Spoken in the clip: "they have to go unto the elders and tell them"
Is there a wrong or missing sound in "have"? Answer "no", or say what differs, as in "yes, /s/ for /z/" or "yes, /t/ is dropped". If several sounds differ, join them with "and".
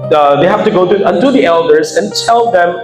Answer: yes, /f/ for /v/